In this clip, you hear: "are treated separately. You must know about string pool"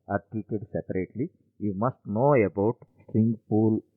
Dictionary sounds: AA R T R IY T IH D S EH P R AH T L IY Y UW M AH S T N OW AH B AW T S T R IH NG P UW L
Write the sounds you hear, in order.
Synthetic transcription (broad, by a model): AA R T IY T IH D S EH P R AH T L IY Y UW M AH S T N OW AH B AW T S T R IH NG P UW L